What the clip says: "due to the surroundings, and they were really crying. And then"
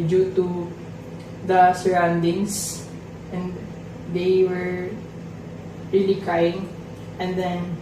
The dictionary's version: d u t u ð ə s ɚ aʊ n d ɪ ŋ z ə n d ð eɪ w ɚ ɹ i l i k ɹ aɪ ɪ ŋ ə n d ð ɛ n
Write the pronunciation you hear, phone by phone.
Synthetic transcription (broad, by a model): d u t u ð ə s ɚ aʊ n d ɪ ŋ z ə n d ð eɪ w ɚ ɹ i l i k aɪ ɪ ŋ ə n d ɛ n